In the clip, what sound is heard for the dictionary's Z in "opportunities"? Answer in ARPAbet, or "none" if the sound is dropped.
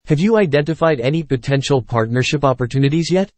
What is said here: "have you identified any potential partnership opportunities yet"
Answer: Z